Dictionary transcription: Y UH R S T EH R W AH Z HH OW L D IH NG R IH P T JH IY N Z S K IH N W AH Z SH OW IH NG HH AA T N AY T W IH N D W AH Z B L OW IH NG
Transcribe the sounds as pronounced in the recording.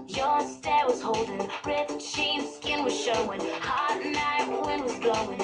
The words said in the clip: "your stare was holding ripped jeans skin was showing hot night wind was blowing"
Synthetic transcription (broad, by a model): Y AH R S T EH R W AH Z HH OW L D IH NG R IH T SH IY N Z S K IH N W AH Z SH OW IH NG HH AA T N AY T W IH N W AH Z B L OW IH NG